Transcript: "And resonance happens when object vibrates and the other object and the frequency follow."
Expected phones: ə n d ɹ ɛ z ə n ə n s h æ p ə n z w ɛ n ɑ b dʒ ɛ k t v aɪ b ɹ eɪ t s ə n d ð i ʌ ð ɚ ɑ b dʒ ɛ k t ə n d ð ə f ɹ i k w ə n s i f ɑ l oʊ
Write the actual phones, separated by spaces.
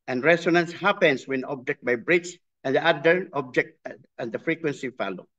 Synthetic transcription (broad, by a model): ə n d ɹ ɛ s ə n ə n s h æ p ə n s w ɛ n ɑ b dʒ ɛ k t b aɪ b ɹ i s ə n d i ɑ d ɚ ɑ b dʒ ɛ k t ə n d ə f ɹ i k w ə n s i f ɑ l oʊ